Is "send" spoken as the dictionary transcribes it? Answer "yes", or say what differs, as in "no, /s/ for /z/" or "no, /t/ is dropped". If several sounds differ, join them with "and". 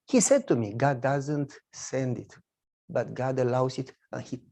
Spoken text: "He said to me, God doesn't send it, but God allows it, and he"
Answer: yes